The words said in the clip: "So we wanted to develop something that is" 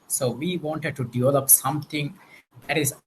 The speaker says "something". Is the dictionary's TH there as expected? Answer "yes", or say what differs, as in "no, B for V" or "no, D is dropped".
no, T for TH